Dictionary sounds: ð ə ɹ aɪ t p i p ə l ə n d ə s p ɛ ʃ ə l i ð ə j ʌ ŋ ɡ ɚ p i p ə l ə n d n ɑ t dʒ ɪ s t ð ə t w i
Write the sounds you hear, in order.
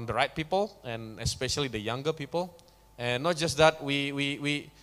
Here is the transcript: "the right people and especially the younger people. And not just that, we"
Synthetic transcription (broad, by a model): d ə ɹ aɪ t p i p ə l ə n ə s p ɛ ʃ ə l i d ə j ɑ ŋ ɡ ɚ p i p ə l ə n n ɑ t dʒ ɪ s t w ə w w i